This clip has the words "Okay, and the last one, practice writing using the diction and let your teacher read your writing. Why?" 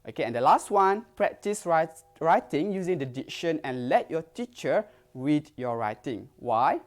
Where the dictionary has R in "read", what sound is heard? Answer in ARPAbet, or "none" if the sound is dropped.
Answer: W